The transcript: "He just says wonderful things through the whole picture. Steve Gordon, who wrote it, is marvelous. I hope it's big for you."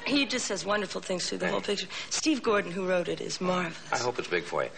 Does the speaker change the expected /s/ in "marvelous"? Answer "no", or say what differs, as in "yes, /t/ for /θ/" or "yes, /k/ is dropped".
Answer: yes, /s/ is dropped